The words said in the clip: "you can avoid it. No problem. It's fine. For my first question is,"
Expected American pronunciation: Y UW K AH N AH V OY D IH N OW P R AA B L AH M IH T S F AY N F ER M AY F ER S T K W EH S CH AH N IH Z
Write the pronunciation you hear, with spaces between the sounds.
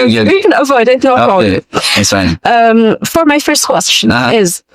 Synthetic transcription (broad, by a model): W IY K AH N AH V OY D IH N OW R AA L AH IH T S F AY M F ER M AY F ER S T K W EH S CH AH N IH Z